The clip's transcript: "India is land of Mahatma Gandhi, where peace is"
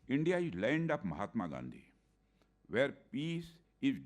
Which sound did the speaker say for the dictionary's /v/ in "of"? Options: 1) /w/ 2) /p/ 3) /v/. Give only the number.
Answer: 2